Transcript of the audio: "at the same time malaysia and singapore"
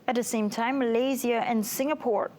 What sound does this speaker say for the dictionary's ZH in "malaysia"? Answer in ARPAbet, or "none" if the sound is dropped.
Z